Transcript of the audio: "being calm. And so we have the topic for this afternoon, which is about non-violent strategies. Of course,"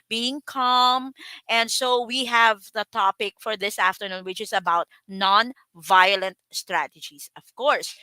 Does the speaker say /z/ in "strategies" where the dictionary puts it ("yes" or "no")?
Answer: no